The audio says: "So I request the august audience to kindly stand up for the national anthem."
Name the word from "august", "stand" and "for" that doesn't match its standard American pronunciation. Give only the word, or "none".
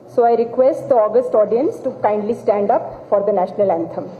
none